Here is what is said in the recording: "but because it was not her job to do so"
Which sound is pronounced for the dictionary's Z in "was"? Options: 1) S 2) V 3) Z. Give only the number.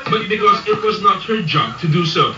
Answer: 3